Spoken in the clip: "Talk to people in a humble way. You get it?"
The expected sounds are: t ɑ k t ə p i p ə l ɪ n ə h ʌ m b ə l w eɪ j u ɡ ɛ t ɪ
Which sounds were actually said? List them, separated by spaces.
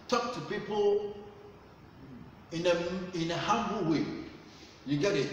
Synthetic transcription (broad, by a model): t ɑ k t ə p i p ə n ɪ n ə h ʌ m b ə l w eɪ j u ɡ ɛ t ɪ